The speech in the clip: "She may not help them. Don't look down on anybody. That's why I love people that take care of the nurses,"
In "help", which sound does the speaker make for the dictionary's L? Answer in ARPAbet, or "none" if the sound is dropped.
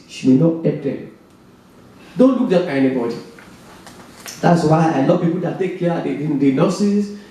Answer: none